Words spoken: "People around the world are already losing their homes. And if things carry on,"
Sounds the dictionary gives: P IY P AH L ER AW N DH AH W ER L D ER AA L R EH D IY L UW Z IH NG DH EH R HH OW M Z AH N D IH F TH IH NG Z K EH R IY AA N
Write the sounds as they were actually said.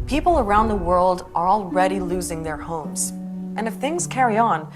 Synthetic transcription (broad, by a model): P IY P L ER AW N DH AH W ER L D ER AA L R EH D IY L UW Z IH NG DH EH R HH OW M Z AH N IH F TH IH NG Z K EH R IY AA N